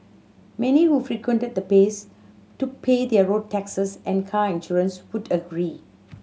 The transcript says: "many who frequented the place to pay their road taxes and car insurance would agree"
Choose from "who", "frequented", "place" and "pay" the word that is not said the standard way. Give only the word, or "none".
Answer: place